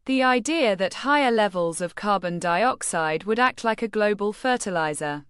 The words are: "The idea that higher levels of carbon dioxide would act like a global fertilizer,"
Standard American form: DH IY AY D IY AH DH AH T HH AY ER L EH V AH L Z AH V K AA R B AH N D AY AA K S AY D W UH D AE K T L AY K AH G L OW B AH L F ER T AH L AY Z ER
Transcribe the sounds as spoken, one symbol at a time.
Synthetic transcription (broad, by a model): DH IY AY D IY AH DH AH T HH AY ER L EH V AH L Z AH V K AA B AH N D AY AA K S AY D W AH D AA K T L AY K AH G L OW B AH L F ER T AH L AY Z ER